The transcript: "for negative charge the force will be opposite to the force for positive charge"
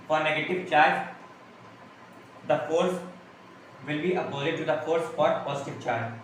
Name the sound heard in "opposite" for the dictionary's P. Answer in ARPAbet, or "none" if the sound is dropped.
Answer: B